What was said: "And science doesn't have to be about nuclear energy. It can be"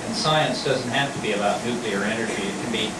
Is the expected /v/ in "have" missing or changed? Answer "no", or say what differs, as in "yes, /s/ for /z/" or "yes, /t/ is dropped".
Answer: yes, /f/ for /v/